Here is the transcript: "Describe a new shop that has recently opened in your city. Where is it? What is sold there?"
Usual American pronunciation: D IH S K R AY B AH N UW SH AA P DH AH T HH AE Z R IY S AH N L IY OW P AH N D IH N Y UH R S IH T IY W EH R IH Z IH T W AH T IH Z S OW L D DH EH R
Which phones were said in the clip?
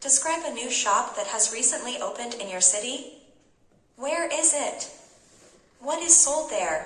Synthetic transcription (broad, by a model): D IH S K R AY B AH N UW SH AA P DH AH T HH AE Z R IY S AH N L IY OW P AH N D IH N Y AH R S IH T IY W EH R IH Z IH T W AH T IH Z S OW L D DH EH R